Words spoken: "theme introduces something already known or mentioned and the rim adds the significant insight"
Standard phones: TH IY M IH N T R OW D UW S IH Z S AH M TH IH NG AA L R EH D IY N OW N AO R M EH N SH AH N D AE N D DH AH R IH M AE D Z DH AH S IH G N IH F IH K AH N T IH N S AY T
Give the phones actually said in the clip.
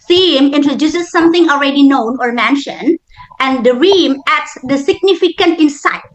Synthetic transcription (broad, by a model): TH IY M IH N T R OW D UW S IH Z S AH M T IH NG AA L R EH D IY N OW N AO R M EH N SH AH N D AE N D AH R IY M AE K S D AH S IH G N IH F IH K AH N T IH N S AY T